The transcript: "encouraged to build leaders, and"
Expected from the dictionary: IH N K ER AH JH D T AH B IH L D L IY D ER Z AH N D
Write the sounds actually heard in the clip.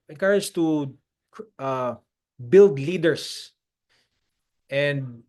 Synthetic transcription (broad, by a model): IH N K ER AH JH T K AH B IH L D L IY D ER S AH N D